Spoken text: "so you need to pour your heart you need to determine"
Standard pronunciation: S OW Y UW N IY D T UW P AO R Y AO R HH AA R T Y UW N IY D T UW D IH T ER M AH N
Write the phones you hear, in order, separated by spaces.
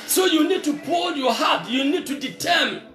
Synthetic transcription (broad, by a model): S OW Y UW N IY D T UW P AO L Y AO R HH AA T Y UW N IY D T UW D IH T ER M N